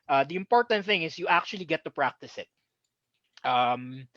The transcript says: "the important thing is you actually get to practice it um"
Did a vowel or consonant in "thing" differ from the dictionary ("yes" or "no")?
no